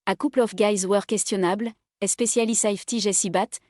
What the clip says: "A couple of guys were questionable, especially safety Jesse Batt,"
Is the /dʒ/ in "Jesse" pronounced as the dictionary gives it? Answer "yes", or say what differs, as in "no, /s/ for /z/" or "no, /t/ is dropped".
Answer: no, /ʒ/ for /dʒ/